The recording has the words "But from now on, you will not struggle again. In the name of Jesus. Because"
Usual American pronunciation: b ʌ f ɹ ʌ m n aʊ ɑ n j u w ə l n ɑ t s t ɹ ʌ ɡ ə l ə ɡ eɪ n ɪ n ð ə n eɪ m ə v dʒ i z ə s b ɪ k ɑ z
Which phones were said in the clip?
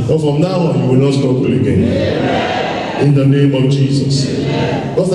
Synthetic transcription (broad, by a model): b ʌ f ɹ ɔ m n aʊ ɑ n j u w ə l n ɑ t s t ɔ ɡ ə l ə ɡ eɪ n ɪ n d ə n eɪ m ə v dʒ i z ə s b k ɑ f